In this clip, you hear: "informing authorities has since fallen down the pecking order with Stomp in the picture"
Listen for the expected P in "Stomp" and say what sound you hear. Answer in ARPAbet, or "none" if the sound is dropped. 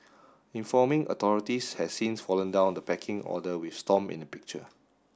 none